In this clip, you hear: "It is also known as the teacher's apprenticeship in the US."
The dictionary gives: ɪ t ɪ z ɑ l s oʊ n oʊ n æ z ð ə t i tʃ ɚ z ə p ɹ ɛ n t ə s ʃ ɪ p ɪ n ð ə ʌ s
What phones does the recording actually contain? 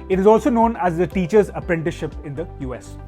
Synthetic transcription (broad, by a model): ɪ t ɪ z ɑ l s oʊ n oʊ n æ z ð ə t i tʃ ɚ z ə p ɹ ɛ n t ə ʃ ɪ p ɪ n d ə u s